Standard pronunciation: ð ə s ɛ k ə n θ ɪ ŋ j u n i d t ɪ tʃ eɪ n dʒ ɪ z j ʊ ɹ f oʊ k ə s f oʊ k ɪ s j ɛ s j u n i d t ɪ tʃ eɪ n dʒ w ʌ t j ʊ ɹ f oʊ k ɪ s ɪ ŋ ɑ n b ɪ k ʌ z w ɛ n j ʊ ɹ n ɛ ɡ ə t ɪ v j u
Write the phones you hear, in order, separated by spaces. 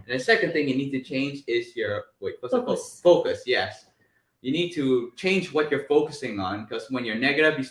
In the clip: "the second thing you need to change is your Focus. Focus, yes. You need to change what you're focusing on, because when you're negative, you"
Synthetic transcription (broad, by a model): ð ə s ɛ k ə n θ ɪ ŋ j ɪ n i d t ɪ tʃ eɪ n dʒ ɪ z j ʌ ɹ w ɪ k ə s f oʊ k ɪ s j ɛ s j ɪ n i d t ɪ tʃ eɪ n dʒ w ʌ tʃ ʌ ɹ f oʊ k ɪ s ɪ ŋ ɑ n k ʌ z w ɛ n j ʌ ɹ n ɛ ɡ ə t ɪ v j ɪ